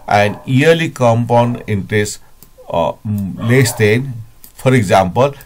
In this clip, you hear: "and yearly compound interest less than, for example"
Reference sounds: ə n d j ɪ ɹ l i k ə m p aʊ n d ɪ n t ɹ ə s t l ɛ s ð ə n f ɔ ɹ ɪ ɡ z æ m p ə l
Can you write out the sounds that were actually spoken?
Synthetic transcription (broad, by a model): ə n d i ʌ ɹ l i k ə m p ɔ n ɪ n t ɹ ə s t l ɛ s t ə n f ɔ ɹ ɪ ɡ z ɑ m p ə l